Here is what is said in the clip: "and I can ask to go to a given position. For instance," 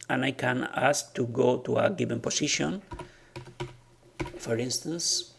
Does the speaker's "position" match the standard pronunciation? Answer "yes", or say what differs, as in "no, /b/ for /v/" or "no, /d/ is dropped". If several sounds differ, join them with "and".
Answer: no, /s/ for /z/